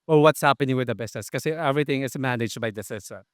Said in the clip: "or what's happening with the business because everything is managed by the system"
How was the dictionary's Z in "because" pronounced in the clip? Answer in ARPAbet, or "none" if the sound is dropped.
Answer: none